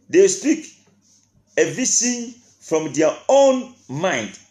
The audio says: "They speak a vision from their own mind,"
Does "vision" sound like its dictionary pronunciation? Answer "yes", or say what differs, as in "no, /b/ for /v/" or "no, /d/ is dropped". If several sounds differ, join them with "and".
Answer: no, /s/ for /ʒ/